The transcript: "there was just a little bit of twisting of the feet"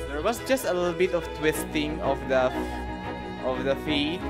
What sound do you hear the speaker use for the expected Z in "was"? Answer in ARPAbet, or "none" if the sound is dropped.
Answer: S